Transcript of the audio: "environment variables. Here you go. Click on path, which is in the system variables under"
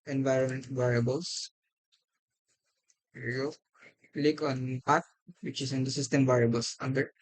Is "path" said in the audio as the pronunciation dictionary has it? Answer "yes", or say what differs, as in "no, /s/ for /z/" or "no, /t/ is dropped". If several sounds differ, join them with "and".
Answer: no, /t/ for /θ/